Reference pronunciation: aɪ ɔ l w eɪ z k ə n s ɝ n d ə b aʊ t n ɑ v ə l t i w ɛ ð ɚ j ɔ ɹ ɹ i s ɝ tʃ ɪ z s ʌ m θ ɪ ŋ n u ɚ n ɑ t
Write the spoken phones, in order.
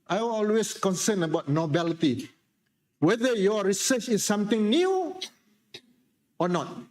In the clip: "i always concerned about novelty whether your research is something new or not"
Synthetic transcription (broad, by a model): aɪ ɔ l w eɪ s k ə n s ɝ n ə b aʊ t n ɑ b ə l t i w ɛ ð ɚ j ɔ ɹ ɹ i s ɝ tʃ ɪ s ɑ m t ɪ ŋ n u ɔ n ɑ t